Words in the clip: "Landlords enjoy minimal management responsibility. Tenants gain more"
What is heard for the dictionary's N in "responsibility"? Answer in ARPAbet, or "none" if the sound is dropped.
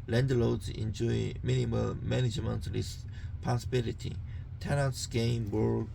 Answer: none